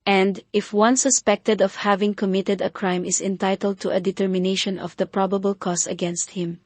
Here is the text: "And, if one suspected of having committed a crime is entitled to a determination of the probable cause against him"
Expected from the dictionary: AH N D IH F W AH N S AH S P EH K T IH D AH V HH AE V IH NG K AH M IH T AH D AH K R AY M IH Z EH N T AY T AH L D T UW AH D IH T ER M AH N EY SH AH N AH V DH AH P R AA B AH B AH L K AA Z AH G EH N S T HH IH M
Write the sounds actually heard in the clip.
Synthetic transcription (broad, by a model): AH N D IH F W AH N S AH S P EH K T IH D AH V HH AE V IH NG K AH M IH T AH D AH K R AY M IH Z EH N T AY T AH L D T UW AH D IH T ER M AH N EY SH AH N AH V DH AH P R AA B AH B AH L K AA S AH G EH N S T HH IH M